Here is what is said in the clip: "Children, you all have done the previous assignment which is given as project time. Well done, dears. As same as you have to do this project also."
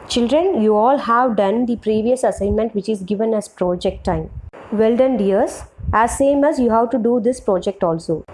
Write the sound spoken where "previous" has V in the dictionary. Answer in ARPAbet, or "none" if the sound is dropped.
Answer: V